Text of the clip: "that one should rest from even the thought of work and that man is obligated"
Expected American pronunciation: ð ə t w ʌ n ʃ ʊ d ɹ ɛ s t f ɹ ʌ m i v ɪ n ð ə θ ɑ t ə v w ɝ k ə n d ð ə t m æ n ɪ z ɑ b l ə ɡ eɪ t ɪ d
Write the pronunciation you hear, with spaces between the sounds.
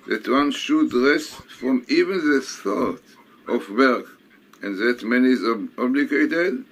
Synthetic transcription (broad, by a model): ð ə t w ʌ n ʃ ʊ d ɹ ɛ s t f ɹ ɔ m i v ɪ n ð ə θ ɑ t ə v w ɝ k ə n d ð ə t m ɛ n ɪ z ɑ b l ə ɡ eɪ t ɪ d